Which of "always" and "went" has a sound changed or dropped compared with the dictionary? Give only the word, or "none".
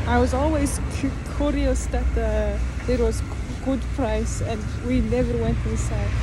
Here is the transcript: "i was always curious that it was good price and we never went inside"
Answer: none